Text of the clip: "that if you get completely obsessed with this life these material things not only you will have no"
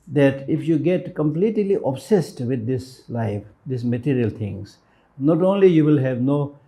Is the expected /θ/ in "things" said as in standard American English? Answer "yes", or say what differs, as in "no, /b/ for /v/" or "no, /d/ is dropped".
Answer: no, /t/ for /θ/